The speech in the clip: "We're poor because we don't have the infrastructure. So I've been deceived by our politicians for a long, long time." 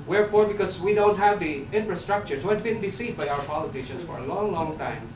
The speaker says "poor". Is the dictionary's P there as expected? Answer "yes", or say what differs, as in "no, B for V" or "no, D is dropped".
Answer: no, F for P